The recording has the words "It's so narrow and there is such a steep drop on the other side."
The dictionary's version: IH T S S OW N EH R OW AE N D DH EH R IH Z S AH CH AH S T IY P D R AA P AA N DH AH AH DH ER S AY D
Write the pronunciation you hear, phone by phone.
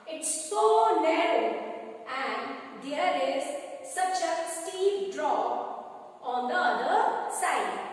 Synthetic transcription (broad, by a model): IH T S S OW N EH R OW AE N D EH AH R IH Z S AH CH AH S T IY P D R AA AA N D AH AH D ER S AY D